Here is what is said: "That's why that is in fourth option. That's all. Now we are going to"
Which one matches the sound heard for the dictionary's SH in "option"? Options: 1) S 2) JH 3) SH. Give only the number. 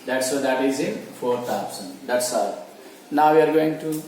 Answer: 1